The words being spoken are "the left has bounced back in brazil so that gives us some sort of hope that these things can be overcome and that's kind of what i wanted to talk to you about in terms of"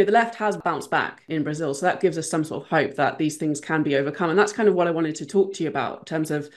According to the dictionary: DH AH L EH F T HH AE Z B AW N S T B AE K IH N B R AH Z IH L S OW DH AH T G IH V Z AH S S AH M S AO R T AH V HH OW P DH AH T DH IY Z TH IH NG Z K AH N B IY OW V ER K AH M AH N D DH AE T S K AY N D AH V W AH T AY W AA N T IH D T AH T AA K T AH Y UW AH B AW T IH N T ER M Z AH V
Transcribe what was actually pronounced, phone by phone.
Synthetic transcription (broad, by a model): DH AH L EH F T HH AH Z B AW N S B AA K IH N B R AH Z IH L S OW DH AH T G IH V Z AH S S AH M S AO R T AH V HH OW P DH AH T DH IY Z TH IH NG Z K AH N B IY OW V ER K AH M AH N DH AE T S K AY N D AH V W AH T AY W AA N T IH D T AH T AA K T AH Y UW AH B AW T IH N T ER M Z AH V